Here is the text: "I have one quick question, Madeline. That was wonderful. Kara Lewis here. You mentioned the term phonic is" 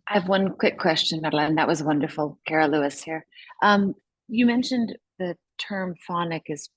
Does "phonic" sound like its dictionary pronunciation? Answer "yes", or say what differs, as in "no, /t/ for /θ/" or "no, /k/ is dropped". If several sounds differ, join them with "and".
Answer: yes